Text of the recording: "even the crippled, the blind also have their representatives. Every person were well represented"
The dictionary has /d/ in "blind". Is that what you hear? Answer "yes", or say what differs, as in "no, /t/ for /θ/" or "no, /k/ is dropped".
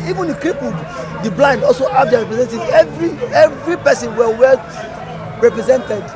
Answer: yes